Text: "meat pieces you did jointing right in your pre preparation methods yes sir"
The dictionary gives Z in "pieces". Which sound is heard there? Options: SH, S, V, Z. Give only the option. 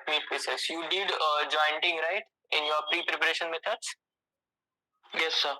S